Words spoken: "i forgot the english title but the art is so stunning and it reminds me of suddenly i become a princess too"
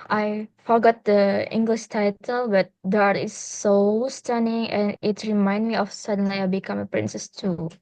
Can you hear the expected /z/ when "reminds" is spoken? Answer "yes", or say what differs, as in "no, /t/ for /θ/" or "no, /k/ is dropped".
no, /z/ is dropped